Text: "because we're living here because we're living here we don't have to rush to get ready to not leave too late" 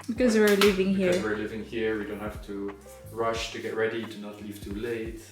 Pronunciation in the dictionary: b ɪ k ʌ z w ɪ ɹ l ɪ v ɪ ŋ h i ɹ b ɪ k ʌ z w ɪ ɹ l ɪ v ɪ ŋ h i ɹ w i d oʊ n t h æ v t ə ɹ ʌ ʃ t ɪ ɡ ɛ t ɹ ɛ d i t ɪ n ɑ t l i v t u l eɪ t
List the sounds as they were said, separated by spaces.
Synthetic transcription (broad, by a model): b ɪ k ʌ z w ɪ ɹ l ɪ v ɪ ŋ h i ɹ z w ɪ ɹ l ɪ v ɪ ŋ h i ɹ w i d oʊ n t h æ f t ə ɹ ʌ ʃ t ɪ ɡ ɛ t ɹ ɛ d i t ɪ n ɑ t l i v t u l eɪ t